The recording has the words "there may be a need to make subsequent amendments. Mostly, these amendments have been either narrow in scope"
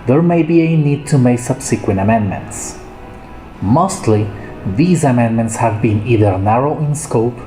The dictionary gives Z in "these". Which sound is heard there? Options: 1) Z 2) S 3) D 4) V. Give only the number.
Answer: 1